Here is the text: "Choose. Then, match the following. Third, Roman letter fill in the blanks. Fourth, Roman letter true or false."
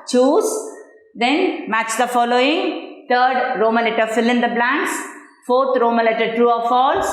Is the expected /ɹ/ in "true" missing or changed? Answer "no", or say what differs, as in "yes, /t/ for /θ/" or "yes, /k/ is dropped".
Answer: yes, /ɹ/ is dropped